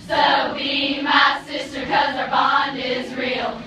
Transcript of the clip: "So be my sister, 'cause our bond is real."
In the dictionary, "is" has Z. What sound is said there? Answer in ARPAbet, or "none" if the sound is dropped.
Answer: Z